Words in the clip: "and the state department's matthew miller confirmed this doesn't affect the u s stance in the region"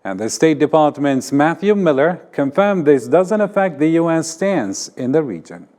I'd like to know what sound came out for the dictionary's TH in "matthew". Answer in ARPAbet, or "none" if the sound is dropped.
TH